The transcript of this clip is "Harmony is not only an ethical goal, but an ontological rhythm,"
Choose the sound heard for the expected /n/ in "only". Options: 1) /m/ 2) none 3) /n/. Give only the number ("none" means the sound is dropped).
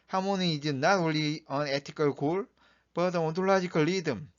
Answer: 2